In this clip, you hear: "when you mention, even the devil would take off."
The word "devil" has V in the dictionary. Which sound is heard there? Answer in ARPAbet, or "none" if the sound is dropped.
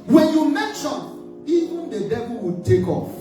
B